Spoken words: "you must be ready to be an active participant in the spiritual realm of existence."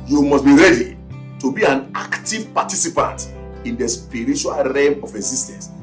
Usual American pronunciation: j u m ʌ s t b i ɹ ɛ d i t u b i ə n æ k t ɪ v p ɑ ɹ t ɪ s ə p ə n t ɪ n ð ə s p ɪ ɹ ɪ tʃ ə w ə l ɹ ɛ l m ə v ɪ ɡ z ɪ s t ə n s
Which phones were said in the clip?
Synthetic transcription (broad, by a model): j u m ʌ s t b i ɹ ɛ d i t u b i ə n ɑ k t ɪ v p ɑ t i s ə p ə n t ɪ n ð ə s p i ɹ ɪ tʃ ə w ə l ɹ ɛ m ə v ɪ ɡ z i s t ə n s